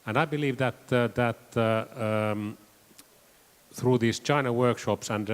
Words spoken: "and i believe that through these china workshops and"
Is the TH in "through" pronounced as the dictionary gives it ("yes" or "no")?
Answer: yes